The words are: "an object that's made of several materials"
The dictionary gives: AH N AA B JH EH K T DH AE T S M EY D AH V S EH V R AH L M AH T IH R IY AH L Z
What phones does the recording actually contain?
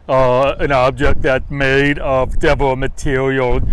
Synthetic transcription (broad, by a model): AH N AA B JH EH K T DH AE T M EY D AH V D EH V AH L M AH T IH R IY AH L